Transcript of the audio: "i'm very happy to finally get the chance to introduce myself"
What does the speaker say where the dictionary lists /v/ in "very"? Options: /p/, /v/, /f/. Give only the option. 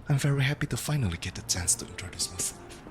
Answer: /v/